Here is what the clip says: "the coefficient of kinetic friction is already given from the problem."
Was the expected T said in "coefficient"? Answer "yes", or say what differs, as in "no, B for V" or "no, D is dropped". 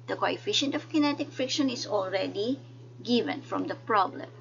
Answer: yes